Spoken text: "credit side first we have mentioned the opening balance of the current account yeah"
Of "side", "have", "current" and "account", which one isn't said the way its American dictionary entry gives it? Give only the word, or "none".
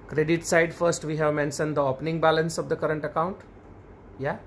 none